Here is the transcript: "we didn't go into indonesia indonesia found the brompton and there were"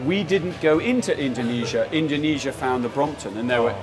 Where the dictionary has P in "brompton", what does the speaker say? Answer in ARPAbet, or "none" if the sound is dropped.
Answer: P